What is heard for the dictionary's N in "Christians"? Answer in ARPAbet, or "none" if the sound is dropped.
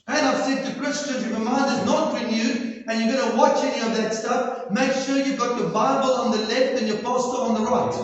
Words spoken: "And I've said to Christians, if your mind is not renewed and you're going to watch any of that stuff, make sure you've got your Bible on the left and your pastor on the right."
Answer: none